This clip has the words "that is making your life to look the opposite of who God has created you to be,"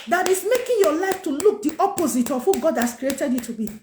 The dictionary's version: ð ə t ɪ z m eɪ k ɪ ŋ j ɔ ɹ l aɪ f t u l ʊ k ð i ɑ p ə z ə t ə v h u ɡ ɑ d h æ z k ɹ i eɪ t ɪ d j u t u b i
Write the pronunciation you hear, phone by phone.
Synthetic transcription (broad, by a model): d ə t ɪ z m eɪ k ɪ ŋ j ɔ l aɪ f t u l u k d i ɑ p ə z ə t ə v h u ɡ ɑ d h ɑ s k ɹ i eɪ t ɪ d j u t u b i